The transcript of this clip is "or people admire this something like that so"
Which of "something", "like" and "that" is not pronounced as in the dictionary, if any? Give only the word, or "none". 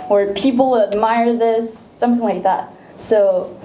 none